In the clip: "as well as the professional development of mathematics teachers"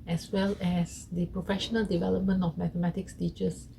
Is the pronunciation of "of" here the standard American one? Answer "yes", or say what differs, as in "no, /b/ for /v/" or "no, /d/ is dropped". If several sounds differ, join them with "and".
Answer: no, /f/ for /v/